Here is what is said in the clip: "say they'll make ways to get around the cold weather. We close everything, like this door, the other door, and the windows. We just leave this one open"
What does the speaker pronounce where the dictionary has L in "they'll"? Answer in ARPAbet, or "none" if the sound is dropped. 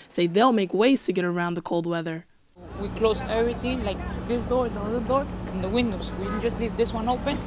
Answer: L